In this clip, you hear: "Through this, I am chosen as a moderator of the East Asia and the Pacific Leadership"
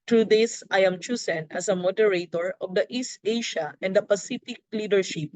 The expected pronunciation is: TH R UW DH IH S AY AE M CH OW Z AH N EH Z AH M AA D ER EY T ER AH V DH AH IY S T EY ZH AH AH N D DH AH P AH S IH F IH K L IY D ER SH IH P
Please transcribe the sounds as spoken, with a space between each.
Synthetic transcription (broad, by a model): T R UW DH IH S AY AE M CH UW S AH N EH S AH M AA D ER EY T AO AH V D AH IY S T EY SH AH AH N D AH P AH S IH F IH K L IY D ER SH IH P